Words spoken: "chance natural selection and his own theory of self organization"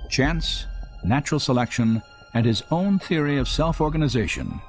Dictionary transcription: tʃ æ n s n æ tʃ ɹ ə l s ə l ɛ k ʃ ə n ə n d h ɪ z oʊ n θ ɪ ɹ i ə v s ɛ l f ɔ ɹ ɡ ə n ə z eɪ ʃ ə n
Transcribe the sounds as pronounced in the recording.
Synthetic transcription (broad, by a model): tʃ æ n s n æ tʃ ɹ l s ə l ɛ k ʃ ə n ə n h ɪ z oʊ n θ ɪ ɹ i ə v s ɛ l f ɔ ɹ ɡ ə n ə z eɪ ʃ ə n